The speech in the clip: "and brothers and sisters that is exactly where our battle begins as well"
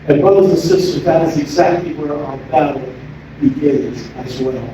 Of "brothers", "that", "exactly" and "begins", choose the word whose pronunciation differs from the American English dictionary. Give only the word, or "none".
brothers